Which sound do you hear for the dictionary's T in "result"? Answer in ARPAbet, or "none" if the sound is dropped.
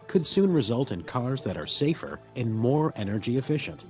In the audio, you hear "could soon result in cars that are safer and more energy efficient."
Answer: T